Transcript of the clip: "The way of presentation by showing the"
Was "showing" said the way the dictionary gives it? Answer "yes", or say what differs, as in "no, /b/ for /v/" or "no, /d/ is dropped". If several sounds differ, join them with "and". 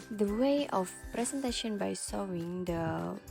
no, /s/ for /ʃ/